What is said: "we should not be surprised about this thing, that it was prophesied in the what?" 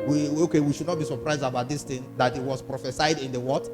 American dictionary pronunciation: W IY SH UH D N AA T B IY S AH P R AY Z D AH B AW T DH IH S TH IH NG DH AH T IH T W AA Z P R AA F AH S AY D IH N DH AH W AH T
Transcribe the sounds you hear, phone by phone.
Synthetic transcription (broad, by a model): W IY SH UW D N AA T B IY S AH P R AY Z D AH B AW T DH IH S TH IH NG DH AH T IH T W AA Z P R AA F AH S AY D IH N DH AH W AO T